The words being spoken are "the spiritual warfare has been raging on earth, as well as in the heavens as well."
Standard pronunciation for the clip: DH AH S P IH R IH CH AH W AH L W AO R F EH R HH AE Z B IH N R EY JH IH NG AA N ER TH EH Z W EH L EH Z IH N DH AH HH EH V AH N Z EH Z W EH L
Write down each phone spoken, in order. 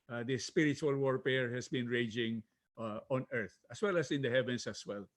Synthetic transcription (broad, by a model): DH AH S P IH R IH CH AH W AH L W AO R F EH R HH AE S B IH N R EY JH IH NG AA N ER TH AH S W EH L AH S IH N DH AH HH EH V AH N S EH S W EH L